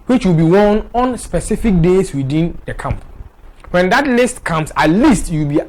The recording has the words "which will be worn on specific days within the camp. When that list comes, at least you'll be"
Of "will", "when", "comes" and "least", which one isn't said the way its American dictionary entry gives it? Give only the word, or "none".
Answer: comes